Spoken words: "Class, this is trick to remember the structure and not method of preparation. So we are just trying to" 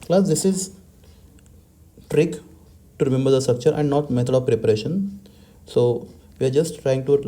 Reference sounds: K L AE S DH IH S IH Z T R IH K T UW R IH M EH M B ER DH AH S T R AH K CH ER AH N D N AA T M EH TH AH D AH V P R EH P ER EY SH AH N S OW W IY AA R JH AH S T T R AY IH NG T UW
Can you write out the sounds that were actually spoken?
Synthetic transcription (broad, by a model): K L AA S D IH S IH Z T R IH K T UW R IH M EH M B ER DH AH S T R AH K CH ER AH N D N AA T M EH T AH D AH V P R EH P ER EY SH AH N S OW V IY AA R JH AH S T T R AY IH NG T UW